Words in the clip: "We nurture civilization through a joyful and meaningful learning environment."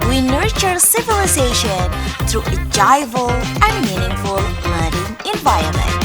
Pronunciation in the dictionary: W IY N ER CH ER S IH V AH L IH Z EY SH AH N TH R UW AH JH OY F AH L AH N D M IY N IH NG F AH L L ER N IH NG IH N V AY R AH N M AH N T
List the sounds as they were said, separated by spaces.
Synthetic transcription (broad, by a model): W IY N ER CH ER S IH V AH L IH Z EY SH AH N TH R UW AH JH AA AH L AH N M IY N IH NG F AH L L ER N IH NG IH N V AY R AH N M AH N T